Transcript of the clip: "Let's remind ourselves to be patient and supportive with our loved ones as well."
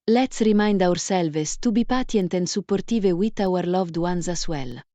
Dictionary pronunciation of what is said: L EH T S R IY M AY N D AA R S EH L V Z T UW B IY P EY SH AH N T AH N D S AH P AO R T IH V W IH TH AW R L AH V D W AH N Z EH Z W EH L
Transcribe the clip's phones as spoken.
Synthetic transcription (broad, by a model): L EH T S R IY M AY N D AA R S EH L V S T UW B IY P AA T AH N T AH N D S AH P AO R T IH V W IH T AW R L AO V D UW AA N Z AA S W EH L